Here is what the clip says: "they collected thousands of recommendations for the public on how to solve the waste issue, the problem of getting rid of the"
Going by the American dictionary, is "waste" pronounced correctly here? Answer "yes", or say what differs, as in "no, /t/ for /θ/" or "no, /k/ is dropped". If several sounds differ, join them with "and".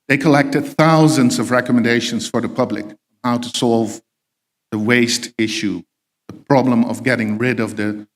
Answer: yes